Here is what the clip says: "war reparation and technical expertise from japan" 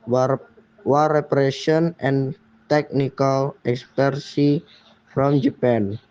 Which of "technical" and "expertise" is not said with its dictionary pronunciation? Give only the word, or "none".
expertise